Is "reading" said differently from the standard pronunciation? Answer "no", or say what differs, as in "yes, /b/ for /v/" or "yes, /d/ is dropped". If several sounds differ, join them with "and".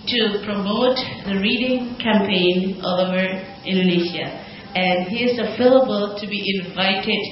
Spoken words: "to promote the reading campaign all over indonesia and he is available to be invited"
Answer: no